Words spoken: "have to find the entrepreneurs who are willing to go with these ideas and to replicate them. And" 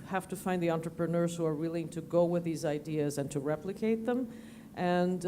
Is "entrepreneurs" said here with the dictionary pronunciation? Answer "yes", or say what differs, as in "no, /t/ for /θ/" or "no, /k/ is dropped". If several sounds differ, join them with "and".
yes